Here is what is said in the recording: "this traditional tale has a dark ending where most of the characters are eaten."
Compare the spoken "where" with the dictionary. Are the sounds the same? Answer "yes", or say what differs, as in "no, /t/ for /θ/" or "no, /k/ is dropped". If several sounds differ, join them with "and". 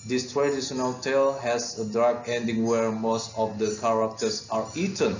yes